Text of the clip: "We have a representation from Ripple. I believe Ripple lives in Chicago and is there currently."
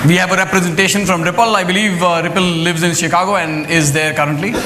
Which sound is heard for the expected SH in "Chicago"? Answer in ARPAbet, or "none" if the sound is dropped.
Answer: SH